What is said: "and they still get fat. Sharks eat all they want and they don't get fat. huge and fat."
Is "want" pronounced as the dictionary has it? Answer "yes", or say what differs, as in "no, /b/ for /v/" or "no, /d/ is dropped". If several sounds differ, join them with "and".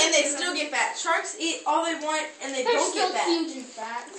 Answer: yes